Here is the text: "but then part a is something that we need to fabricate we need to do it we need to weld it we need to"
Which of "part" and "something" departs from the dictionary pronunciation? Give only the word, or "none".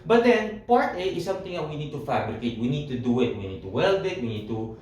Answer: something